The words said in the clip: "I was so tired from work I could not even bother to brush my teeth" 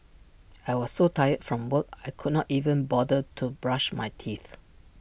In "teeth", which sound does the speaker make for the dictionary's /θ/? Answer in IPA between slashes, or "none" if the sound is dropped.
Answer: /θ/